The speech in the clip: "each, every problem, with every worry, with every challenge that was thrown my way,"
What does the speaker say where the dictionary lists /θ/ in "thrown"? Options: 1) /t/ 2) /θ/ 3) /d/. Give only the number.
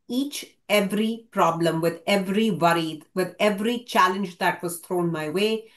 1